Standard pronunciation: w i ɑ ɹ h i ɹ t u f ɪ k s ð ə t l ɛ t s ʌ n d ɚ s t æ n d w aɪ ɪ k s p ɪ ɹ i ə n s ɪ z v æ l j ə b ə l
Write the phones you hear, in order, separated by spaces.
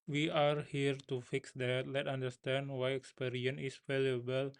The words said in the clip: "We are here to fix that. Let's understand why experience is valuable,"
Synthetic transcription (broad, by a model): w i ɑ ɹ h i ɹ t u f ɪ k s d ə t l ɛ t ɑ n d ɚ s t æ n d w aɪ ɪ k s p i ɹ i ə n ɪ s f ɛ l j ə b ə l